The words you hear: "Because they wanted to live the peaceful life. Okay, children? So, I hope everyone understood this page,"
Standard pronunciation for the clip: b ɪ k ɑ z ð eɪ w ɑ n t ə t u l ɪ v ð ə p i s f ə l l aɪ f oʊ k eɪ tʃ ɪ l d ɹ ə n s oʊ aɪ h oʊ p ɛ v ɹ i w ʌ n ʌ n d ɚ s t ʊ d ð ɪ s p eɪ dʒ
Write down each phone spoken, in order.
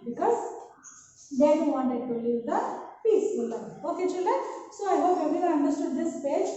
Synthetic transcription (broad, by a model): b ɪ k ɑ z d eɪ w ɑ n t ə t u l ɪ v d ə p i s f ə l l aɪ oʊ k eɪ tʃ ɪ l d ə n s oʊ aɪ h oʊ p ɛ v i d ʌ ʌ n d ɚ s t ʊ d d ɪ s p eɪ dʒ